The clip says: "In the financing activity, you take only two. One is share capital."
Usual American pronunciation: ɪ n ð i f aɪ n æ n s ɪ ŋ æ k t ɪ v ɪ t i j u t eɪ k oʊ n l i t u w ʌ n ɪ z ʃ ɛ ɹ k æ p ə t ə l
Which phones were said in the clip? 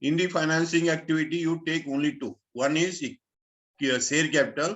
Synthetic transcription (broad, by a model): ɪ n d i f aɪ n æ n s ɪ ŋ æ k t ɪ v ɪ t i j u t eɪ k oʊ n l i t u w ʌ n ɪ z s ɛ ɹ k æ p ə t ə l